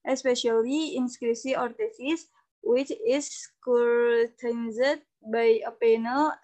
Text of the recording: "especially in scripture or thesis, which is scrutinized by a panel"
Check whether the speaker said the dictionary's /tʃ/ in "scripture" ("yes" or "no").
no